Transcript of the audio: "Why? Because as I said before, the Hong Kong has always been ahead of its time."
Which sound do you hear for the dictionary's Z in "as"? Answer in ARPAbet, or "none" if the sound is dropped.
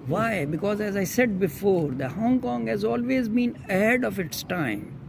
Z